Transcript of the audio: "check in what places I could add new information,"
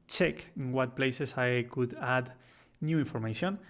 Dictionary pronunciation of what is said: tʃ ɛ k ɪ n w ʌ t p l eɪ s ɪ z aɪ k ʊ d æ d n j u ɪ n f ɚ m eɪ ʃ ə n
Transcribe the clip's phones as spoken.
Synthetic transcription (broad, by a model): tʃ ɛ k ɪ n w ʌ t p l eɪ s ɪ s aɪ k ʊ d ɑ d n j u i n f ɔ m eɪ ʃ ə n